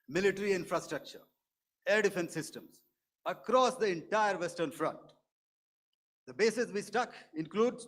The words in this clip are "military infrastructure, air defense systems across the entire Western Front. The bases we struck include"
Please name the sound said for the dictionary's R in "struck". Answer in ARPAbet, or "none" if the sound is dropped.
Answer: none